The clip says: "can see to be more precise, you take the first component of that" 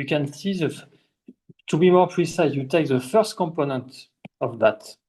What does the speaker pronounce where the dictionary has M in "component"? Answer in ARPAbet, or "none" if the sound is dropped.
M